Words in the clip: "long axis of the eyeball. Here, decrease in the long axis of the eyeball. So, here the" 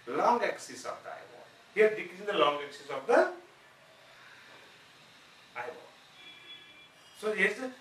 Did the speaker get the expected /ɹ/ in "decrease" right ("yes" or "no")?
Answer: no